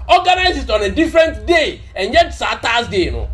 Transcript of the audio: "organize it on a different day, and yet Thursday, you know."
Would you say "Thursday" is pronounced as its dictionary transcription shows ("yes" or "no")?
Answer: no